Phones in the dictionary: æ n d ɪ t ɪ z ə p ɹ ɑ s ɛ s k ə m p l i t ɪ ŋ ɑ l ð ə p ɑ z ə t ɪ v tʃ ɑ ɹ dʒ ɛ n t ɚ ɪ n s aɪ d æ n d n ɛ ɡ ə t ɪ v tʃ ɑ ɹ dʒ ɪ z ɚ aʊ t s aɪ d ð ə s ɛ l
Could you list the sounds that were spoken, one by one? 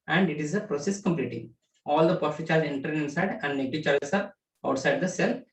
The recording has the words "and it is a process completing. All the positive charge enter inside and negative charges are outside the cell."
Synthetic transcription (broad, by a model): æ n d ɪ t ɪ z ə p ɹ ɑ s ɛ s k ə m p l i t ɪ ɑ l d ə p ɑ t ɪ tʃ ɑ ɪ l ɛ n t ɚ ɪ n s aɪ d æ n d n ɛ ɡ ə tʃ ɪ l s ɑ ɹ ɪ ʊ t s aɪ d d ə s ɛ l